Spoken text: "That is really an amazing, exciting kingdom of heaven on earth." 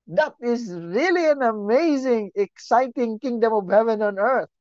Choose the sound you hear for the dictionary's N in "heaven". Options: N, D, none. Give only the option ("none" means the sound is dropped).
N